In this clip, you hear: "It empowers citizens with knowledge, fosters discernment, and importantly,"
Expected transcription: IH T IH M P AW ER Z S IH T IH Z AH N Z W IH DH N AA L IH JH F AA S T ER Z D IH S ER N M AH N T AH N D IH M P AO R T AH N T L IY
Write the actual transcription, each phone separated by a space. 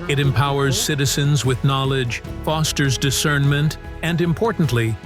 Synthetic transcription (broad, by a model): IH T IH M P AW ER Z S IH T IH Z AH N Z W IH DH N AA L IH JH F AA S T ER Z D IH S ER N M AH N T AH N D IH M P AO R T N T L IY